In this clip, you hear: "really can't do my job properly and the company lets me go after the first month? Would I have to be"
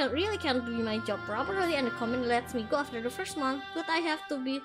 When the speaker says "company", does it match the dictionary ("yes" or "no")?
no